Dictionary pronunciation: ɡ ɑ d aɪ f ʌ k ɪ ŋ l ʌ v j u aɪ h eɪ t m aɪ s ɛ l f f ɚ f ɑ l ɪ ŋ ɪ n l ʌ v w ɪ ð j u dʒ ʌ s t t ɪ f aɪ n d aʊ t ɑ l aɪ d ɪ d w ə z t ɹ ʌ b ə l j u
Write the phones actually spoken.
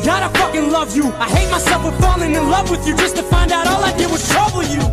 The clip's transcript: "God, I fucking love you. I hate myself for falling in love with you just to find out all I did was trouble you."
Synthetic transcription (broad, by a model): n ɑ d aɪ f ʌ k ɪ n l ʌ v j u aɪ h eɪ t m aɪ s ɛ l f f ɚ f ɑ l ɪ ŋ ɪ n l ʌ v w ɪ ð j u dʒ ʌ s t t ɪ f aɪ n d aʊ t ɑ l aɪ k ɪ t w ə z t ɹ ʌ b l j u